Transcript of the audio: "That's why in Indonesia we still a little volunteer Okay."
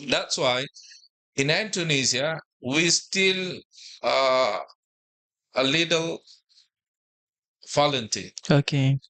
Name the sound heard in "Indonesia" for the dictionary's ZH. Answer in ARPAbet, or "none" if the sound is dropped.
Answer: Z